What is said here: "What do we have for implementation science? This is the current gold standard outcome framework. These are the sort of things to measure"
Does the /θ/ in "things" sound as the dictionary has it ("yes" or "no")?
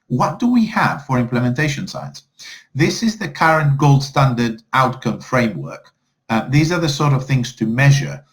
yes